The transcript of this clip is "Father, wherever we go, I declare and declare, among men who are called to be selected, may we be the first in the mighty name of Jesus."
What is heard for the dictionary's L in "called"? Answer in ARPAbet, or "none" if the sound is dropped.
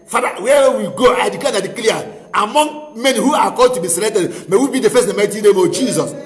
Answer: none